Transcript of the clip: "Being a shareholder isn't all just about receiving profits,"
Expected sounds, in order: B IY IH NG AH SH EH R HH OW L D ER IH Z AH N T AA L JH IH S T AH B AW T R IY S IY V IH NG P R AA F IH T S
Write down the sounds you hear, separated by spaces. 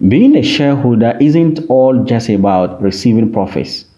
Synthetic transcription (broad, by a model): B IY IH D AH SH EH HH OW L D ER IH Z AH N T AA L JH IH S T AH B AW T R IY S IY V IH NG P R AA F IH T S